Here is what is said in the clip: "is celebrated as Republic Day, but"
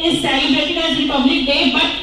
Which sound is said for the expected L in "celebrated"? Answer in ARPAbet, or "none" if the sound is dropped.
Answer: none